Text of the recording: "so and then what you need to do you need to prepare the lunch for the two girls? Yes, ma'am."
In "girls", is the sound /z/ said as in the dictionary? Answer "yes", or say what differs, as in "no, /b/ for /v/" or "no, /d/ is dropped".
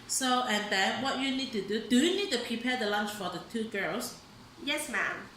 no, /s/ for /z/